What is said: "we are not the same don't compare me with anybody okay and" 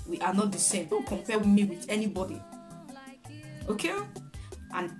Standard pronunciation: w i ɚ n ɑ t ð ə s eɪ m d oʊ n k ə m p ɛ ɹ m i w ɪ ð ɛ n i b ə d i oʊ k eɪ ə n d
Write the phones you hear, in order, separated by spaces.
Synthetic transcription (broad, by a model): w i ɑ n ɑ t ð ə s eɪ m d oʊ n k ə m p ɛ w m i w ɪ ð ɛ n i b ə d i oʊ k eɪ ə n